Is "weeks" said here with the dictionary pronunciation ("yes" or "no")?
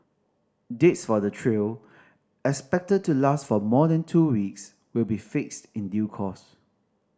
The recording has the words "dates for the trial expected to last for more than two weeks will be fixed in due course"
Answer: yes